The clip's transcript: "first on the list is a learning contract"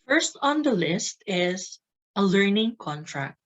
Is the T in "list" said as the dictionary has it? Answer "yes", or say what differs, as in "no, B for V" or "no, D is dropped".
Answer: yes